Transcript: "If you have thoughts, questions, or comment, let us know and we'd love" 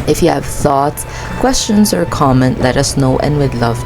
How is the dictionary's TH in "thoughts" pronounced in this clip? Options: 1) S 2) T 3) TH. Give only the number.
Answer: 3